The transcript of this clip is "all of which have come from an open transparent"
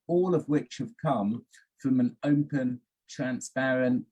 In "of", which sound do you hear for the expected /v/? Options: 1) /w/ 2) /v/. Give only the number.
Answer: 2